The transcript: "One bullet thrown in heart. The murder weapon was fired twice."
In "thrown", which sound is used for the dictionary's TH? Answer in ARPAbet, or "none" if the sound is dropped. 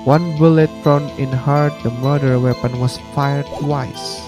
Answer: F